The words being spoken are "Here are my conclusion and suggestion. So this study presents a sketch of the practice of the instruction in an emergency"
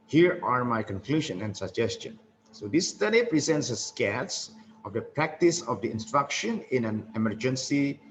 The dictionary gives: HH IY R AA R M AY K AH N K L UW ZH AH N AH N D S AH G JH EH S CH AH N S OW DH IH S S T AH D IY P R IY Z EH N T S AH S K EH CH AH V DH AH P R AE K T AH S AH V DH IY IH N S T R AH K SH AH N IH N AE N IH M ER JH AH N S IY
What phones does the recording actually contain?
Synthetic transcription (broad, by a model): HH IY R AA R M AY K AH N K L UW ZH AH N AH N D S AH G JH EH S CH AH N S OW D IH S S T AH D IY P R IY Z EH N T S AH S K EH S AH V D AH P R AE K T AH S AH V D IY IH N S T R AH K SH AH N IH N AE N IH M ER JH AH N S IY